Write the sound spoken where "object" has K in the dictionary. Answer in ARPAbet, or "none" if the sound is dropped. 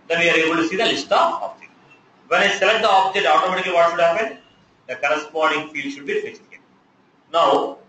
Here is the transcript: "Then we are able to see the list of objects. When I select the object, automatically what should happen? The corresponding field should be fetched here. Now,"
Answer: none